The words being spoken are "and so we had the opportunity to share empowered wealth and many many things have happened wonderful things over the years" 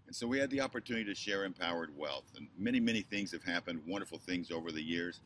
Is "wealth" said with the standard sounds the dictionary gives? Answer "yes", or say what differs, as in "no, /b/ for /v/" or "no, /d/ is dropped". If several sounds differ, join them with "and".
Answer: yes